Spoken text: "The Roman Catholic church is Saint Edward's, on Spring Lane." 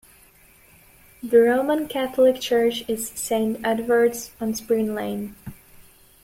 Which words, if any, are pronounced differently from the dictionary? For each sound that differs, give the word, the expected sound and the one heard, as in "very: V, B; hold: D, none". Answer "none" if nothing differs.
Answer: none